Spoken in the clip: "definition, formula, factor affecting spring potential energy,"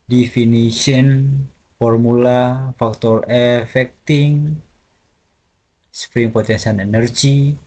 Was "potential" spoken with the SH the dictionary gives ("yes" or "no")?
no